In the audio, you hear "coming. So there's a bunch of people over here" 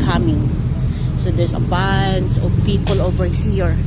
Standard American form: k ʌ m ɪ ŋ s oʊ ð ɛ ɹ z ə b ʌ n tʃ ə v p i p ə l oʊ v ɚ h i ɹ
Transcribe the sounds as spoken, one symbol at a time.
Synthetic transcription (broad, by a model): k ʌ m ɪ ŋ s oʊ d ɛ ɹ s ə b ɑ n s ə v p i p ə l oʊ v ɚ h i ɹ